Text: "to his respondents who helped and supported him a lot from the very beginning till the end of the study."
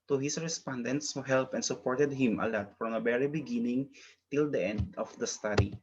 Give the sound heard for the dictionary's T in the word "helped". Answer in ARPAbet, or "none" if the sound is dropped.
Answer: none